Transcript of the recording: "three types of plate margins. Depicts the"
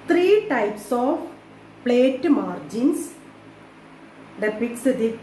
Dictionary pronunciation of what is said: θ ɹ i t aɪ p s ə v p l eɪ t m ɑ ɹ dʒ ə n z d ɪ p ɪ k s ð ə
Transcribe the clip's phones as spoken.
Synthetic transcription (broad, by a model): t ɹ i t aɪ p s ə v p l eɪ t m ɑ ɹ dʒ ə n s d ɪ p ɪ k s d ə